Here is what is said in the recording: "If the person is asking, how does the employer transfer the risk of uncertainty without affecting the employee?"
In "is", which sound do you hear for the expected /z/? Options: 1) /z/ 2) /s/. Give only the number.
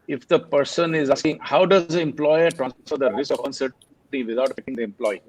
1